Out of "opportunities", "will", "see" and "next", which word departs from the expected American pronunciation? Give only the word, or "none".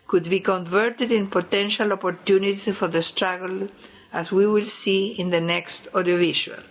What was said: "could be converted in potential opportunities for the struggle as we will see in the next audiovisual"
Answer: opportunities